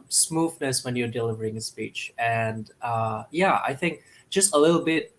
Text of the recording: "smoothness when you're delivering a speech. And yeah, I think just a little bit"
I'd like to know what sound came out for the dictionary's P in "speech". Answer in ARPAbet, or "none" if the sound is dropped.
P